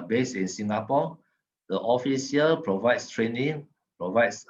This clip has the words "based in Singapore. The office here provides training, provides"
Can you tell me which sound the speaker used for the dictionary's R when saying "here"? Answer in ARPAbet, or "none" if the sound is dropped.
L